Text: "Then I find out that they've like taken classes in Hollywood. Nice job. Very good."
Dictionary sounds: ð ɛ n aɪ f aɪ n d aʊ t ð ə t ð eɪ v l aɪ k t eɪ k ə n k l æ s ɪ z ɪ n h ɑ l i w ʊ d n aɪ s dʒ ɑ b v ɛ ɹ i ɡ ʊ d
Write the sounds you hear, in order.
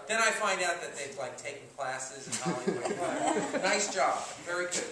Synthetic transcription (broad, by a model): ð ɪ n aɪ f aɪ n d aʊ t ð ə t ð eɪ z l aɪ k t eɪ k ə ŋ k l æ s ɪ z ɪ n ɑ i s dʒ ɑ b v ɛ ɹ i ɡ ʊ